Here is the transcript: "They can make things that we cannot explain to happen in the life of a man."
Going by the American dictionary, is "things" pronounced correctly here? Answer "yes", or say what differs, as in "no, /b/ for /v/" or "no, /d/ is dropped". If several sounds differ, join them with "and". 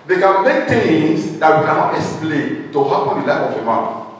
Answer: no, /t/ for /θ/